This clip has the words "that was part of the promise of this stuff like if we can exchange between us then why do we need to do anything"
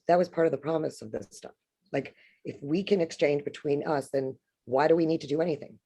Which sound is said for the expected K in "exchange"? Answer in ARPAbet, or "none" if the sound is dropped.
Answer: K